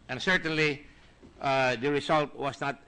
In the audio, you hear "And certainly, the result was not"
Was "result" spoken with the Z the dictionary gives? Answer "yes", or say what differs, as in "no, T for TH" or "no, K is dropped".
no, S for Z